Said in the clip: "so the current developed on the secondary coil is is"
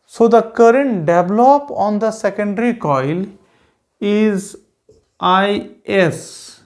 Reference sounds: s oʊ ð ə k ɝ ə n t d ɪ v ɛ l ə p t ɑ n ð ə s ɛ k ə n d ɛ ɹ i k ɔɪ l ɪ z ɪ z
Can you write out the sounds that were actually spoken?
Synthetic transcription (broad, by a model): s oʊ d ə k ɝ ə n t d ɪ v l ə p ɑ n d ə s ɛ k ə n d ɹ i k ɔɪ l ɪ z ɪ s